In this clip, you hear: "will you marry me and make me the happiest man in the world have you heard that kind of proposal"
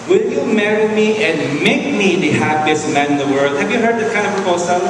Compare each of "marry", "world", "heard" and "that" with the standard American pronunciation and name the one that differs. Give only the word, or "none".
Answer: none